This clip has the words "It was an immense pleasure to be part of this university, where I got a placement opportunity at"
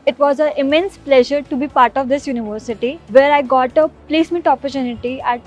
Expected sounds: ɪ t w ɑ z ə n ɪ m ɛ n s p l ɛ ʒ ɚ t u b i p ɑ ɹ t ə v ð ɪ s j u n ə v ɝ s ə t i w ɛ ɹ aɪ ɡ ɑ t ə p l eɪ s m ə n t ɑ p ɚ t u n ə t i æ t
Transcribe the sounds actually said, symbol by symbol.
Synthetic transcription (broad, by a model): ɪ t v ɑ z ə ɪ m ɛ n s p l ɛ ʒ ɚ t u b i p ɑ ɹ t ə v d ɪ s j u n ə v ɝ s ə t i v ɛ ɹ aɪ ɡ ɑ t ə p l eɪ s m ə t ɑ p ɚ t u n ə t i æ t